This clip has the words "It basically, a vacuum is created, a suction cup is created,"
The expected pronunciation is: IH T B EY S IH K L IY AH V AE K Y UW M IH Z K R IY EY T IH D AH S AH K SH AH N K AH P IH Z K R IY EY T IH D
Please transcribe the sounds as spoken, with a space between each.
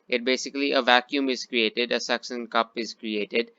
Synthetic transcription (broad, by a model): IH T B EY S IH K L IY AH V AE K Y UW M IH Z K R IY EY T IH D AH S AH K S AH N K AH P IH Z K R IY EY T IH D